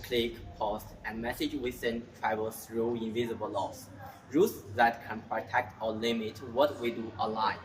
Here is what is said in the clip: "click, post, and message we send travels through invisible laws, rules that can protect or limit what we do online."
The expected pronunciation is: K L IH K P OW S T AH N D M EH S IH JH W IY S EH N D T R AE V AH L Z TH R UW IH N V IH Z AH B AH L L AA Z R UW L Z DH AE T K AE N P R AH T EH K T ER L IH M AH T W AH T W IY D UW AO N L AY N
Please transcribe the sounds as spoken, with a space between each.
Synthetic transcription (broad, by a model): K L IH K P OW S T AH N M EH S IH JH W IY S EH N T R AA AH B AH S R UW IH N V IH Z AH B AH L L AA S R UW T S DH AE T K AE N P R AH T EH K T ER L IH M AH T W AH T W IY D UW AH L AY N